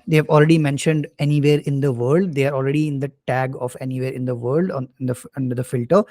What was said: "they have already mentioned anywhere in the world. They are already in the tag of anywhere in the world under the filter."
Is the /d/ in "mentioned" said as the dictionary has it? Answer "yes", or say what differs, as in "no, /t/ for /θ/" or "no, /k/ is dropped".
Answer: yes